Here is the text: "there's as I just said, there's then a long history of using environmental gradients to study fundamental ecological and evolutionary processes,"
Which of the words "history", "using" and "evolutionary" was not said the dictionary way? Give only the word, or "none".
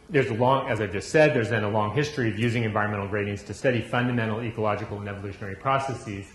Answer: none